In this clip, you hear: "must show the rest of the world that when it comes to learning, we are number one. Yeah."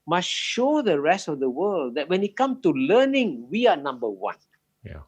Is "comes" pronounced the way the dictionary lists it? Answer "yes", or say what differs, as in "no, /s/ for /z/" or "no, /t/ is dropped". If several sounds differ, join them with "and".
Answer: no, /z/ is dropped